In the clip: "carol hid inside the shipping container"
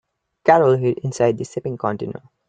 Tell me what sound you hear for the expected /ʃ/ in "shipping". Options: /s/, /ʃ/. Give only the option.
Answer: /s/